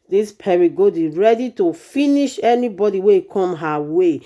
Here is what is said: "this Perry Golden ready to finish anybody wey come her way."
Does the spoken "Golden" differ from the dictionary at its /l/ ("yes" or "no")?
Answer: yes